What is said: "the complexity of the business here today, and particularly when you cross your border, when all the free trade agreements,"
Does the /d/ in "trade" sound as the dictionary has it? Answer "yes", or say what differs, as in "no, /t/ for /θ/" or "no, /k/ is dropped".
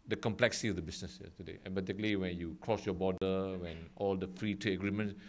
no, /d/ is dropped